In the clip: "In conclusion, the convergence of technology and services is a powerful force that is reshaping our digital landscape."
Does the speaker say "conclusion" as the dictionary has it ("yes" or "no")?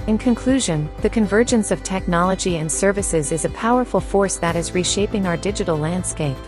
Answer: yes